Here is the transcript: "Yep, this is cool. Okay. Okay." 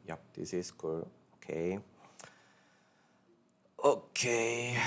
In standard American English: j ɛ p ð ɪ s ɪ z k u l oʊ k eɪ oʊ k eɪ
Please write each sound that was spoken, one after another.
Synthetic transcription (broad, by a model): j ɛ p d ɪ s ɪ s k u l oʊ k eɪ oʊ k eɪ